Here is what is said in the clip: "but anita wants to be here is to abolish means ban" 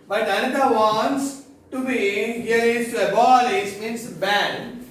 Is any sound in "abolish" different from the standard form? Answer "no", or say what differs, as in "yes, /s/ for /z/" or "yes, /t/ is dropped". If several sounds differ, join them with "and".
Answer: yes, /s/ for /ʃ/